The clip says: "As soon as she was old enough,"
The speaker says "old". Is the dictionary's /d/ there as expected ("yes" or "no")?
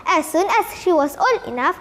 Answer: no